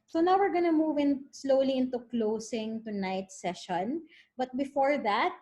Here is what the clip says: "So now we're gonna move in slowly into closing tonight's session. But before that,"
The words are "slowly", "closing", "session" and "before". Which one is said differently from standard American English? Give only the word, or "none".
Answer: closing